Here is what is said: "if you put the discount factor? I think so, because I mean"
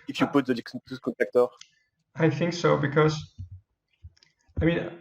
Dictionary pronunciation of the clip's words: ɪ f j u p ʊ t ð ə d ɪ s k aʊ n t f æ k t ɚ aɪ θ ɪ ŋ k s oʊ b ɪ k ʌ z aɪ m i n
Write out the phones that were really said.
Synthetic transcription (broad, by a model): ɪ f j u p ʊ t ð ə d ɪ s k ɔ t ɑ k t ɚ aɪ θ ɪ ŋ k s oʊ b ɪ k ʌ z aɪ m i n